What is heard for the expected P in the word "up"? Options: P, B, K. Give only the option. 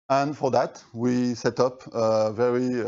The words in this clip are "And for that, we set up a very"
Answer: P